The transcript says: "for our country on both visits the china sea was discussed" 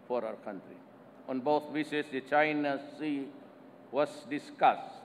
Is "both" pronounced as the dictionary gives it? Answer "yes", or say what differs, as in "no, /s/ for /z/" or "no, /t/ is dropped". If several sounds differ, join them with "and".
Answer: no, /t/ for /θ/